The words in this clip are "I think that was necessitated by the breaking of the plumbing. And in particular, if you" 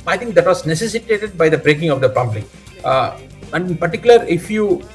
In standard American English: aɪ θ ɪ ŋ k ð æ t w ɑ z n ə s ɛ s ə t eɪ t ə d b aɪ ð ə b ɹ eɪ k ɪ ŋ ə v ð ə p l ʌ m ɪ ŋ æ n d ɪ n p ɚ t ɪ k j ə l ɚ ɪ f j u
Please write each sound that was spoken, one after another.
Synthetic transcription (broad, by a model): aɪ t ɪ ŋ k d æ t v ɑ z n ə s ɛ s ə t eɪ t ə d b aɪ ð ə b ɹ eɪ k ɪ ŋ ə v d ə p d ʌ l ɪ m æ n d ɪ n p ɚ t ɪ k j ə l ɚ ɪ f j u